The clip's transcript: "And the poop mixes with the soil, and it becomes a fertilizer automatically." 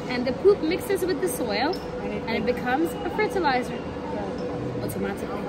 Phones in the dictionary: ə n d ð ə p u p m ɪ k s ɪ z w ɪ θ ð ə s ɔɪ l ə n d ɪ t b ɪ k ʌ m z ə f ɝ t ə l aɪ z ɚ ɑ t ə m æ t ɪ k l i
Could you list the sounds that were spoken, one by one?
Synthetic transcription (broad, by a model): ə n ð ə p u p m ɪ k s ɪ z w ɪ ð ə s ɔɪ l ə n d ɪ t b ɪ k ʌ m z ə f ɝ t ə l aɪ z ɚ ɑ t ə m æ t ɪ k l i